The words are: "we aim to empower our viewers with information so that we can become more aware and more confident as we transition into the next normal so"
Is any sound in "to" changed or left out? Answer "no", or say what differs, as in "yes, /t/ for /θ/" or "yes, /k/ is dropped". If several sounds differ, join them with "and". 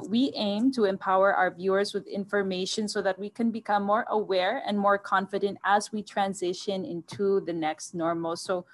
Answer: no